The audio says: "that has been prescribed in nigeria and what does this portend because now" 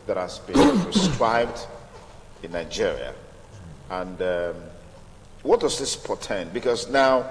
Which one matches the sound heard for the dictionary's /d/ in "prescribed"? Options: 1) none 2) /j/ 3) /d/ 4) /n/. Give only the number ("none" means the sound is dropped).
3